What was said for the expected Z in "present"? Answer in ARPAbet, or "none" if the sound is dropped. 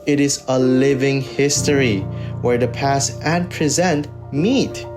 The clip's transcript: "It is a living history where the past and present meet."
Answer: Z